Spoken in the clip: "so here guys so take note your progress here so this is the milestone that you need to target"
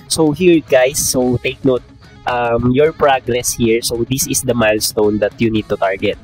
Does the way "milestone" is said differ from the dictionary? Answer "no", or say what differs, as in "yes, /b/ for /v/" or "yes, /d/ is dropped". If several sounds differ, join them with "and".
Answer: no